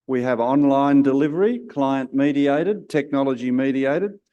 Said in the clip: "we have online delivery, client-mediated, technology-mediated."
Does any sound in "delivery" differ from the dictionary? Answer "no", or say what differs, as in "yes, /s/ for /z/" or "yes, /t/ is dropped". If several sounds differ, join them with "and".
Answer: no